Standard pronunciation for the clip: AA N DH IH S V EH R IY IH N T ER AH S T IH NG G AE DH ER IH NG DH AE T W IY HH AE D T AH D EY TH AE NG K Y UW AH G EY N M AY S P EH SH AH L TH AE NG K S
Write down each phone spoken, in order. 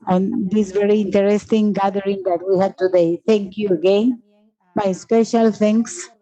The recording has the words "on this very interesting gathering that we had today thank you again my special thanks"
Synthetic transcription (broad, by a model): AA N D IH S V EH R IY IH N T ER AH S T IH NG G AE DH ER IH NG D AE T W IY HH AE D T AH D EY T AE NG K Y UW AH G EY N M AY S P EH SH AH L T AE NG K S